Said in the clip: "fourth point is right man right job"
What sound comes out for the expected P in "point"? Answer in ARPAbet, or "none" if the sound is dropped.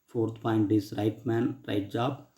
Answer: P